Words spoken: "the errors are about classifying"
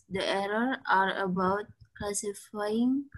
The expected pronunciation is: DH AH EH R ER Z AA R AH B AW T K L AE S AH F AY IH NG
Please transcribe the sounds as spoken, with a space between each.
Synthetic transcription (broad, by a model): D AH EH R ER AA R AH B AW T K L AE S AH F AY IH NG